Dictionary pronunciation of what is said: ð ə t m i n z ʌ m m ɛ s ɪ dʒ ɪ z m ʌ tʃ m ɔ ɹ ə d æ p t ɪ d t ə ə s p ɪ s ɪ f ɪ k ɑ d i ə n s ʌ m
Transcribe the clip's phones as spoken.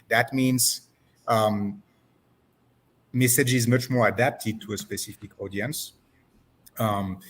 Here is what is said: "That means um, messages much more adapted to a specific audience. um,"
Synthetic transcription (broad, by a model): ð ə t m i n z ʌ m m ɛ s ɪ dʒ ɪ z m ʌ tʃ m ɔ ɹ ə d æ p t ɪ d t ə ə s p ɪ s ɪ f ɪ k ɑ d i ə n s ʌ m